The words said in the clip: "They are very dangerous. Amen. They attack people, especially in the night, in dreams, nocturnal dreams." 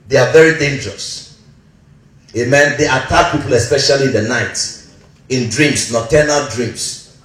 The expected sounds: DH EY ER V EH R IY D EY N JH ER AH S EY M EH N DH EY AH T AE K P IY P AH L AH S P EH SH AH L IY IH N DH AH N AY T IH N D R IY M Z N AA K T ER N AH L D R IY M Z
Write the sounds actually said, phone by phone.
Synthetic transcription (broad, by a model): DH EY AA V EH R IY D EY N JH ER AH S EY M EH N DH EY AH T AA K P IY P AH L AH S P EH SH AH L IY IH N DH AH N AY T IH N D R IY M S N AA T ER N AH L D R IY M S